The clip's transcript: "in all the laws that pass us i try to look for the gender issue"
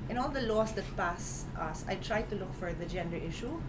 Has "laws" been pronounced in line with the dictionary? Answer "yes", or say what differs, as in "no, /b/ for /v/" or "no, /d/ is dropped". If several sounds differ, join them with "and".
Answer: no, /s/ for /z/